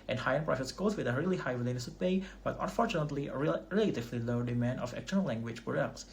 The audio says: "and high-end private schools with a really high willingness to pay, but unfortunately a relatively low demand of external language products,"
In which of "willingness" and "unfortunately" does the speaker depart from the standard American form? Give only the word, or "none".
willingness